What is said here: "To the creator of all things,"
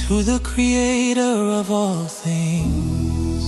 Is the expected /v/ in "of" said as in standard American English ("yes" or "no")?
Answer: yes